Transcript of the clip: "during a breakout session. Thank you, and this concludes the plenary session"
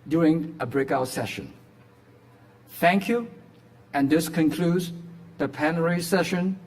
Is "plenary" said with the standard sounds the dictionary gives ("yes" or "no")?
no